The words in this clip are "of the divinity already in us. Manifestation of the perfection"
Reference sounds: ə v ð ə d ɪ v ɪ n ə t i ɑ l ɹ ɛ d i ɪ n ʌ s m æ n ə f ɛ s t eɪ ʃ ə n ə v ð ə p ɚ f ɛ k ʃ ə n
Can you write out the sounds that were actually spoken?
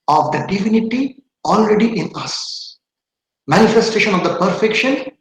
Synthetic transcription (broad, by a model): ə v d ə d ɪ v ɪ n ə t i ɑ l ɹ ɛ d i ɪ n ʌ s m æ n ə f ɛ s t eɪ ʃ ə n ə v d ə p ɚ f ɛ k ʃ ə n